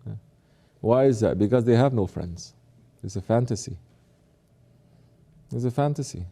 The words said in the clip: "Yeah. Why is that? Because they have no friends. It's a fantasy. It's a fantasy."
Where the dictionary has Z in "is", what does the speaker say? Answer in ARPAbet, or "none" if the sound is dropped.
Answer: Z